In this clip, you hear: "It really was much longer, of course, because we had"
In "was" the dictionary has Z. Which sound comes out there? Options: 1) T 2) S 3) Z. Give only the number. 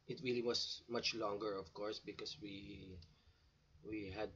2